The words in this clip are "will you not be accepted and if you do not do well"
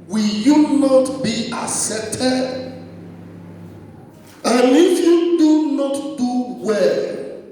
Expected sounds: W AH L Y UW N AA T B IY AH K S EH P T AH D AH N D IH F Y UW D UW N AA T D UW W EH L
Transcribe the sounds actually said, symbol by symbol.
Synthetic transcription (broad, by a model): W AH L Y UW N AA T B IY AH S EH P T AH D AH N IH F Y UW D UW N AA T D UW W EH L